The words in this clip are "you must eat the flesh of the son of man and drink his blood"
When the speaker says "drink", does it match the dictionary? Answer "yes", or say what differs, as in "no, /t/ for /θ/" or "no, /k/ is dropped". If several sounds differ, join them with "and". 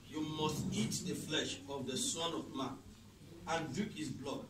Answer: no, /ɹ/ is dropped and /ŋ/ is dropped